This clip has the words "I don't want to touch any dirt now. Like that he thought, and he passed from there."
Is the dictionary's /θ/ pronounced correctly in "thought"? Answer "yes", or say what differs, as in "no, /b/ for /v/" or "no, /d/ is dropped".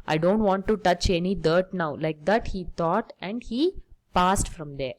no, /t/ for /θ/